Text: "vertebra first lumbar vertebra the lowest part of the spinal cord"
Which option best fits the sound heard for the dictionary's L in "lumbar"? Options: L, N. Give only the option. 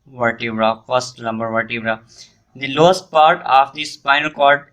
N